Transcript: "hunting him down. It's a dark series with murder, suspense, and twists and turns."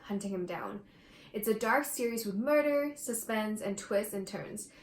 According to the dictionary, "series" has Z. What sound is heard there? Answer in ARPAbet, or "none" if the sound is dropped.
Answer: Z